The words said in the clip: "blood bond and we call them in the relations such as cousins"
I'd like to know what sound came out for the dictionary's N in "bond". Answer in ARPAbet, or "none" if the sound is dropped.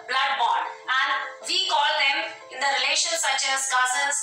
none